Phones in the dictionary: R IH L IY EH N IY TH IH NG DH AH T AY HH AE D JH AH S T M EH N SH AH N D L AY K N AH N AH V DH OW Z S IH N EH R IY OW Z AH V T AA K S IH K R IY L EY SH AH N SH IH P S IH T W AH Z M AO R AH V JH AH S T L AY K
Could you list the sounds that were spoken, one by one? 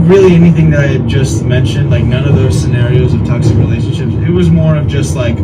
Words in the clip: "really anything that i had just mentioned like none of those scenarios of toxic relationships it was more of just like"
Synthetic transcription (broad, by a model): R IH L IY EH N IY TH IH NG DH AH T AY JH AH S T M EH N SH AH N D L AY K N AH N AH V DH OW Z S IH N EH R IY OW Z AH V T AA K S IH K R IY L EY SH N SH IH P S IH T W AH Z M AO R AH V JH AH S T L AY K